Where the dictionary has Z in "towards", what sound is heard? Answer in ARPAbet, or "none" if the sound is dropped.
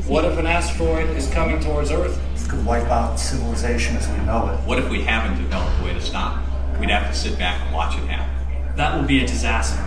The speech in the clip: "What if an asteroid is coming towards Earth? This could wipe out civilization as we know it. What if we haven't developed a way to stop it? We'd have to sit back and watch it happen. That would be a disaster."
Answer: Z